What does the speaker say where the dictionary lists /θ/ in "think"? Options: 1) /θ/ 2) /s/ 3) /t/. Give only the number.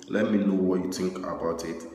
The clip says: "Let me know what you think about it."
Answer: 3